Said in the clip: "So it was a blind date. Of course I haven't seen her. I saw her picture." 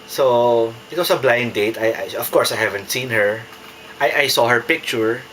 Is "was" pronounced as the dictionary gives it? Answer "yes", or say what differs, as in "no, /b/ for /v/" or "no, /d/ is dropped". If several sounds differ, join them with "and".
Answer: no, /s/ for /z/